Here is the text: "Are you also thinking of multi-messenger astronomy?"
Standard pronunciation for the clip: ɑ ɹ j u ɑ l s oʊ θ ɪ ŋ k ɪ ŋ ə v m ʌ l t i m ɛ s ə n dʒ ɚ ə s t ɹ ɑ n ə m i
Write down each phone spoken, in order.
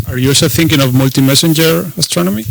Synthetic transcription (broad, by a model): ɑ ɹ j u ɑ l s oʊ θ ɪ ŋ k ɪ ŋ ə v m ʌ l t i m ɛ s ə n dʒ ɚ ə s t ɹ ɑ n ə m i